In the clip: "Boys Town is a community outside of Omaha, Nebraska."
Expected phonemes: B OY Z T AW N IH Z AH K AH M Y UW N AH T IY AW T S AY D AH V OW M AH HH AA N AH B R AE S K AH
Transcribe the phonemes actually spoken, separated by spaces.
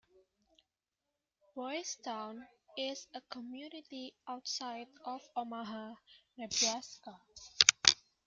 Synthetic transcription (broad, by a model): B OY S T AW N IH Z AH K AH M Y UW N AH T IY AW T S AY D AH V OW M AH HH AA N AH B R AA S K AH